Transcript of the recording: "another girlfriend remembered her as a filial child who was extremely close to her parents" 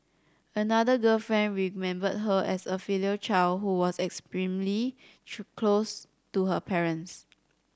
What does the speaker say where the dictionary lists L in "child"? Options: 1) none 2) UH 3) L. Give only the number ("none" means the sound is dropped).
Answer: 3